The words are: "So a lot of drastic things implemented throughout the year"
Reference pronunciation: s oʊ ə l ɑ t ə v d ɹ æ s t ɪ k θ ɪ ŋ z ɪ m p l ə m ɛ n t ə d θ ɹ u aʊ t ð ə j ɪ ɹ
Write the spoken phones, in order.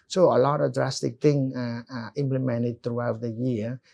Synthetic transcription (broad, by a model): s oʊ ə l ɑ t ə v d ɹ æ s t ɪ k t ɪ ŋ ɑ ɪ m p l ə m ɛ n t ə d t ɹ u aʊ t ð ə j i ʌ